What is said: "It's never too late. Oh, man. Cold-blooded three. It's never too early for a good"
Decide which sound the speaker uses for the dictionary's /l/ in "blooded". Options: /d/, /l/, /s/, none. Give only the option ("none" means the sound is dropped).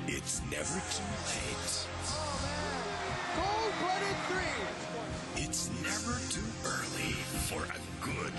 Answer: none